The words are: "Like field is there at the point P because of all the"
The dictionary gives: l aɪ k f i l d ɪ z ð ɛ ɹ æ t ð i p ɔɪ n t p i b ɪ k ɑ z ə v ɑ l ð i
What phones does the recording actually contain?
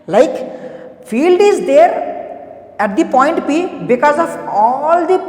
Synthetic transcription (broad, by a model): l aɪ k f i l d ɪ z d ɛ ɹ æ t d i p ɔɪ n t p i b ɪ k ɑ z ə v ɑ l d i